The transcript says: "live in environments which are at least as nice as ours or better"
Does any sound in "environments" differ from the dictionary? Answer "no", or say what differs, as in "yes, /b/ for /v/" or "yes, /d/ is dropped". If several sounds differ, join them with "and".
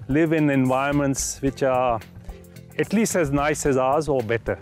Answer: yes, /ɹ/ is dropped